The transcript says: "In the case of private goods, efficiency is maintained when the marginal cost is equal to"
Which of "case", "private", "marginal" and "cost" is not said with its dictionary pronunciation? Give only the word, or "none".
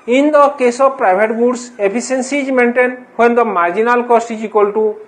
private